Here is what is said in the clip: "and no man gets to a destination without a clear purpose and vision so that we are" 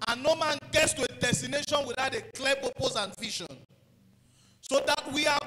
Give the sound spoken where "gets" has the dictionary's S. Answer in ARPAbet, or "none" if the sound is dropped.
S